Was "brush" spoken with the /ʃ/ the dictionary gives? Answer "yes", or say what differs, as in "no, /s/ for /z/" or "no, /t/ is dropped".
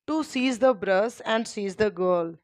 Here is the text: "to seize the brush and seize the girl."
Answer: no, /s/ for /ʃ/